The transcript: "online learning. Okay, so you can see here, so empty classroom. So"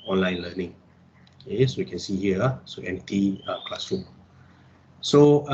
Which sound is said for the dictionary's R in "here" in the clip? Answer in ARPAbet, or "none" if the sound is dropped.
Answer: L